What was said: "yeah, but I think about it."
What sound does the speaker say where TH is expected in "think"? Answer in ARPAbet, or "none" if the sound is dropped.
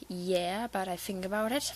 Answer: TH